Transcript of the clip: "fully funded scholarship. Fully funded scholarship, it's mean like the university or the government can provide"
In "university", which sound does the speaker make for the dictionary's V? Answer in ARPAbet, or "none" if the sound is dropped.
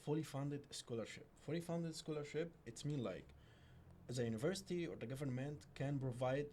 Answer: V